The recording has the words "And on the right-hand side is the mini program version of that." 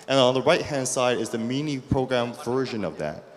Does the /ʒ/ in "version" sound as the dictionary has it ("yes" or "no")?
yes